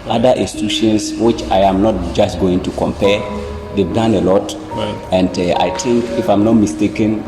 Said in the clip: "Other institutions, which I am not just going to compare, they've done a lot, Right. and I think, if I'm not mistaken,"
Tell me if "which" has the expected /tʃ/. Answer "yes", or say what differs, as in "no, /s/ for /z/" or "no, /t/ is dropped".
yes